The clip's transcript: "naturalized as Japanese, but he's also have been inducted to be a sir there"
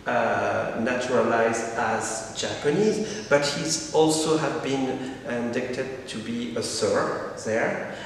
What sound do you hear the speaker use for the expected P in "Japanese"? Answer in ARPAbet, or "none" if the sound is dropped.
P